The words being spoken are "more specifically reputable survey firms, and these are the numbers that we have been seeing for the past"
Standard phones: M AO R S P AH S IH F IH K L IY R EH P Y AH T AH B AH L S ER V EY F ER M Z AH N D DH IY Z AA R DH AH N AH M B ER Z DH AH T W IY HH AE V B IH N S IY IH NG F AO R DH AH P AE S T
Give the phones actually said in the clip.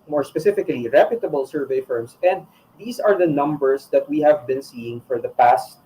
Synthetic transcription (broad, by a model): M AO R S P AH S IH F IH K L IY R EH P Y AH T AH B AH L S ER V EY F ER M S AH N D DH IY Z AA R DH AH N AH M B ER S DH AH T W IY HH AE V B IH N S IY IH NG F AO R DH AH P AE S T